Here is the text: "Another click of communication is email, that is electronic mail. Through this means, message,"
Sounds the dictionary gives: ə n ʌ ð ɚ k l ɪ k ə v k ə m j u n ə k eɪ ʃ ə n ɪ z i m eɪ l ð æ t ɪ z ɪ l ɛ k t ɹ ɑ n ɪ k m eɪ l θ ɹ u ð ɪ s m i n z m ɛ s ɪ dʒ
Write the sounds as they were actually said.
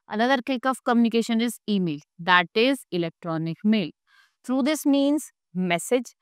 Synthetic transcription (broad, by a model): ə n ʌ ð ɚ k ɪ k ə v k ə m j u n ə k eɪ ʃ ə n ɪ z i m eɪ l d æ t ɪ z ɪ l ɛ k t ɹ ɑ n ɪ k m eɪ l t ɹ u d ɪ s m i n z m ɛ s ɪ dʒ